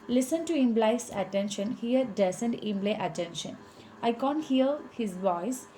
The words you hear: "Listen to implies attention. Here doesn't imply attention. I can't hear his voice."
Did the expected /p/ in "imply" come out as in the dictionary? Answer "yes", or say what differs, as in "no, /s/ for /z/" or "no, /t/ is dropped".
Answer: no, /b/ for /p/